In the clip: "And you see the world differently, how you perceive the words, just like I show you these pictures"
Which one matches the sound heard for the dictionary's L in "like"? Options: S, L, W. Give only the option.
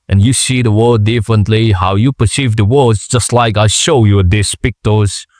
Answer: L